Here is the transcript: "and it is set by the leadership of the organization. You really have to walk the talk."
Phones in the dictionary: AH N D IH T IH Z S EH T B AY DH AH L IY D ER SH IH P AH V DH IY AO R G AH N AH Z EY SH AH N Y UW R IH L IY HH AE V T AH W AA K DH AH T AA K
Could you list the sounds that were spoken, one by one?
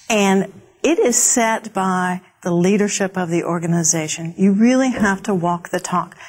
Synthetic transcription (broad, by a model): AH N IH T IH Z S EH T B AY DH AH L IY D ER SH IH P AH V DH IY AO R G AH N AH Z EY SH AH N Y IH R IH L IY HH AE F T AH W AA K DH AH T AA K